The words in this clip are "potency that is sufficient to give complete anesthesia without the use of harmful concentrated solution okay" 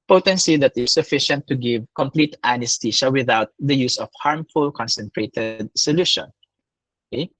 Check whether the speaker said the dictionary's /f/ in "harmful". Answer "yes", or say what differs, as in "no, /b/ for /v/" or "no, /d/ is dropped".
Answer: yes